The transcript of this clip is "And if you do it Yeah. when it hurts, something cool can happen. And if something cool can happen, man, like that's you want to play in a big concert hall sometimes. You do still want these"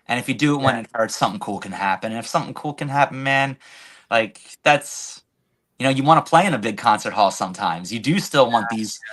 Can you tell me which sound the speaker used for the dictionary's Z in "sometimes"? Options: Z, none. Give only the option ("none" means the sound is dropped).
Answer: Z